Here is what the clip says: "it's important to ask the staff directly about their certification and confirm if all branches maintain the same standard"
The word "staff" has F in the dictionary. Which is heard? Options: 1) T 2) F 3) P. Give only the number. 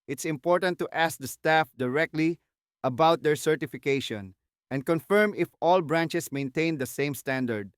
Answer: 2